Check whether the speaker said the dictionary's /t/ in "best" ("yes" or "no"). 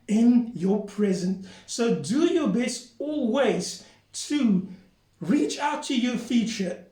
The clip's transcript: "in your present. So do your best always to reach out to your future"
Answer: no